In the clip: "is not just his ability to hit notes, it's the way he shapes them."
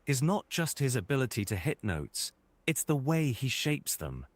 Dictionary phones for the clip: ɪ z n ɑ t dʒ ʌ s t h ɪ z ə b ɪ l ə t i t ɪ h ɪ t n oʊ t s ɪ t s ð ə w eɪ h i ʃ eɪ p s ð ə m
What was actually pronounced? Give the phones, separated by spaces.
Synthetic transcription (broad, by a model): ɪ z n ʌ t dʒ ʌ s t h ɪ z ə b ɪ l ə t i t ɪ h ɪ t n oʊ t s ɪ t s ð ə w eɪ i ʃ eɪ p s ð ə m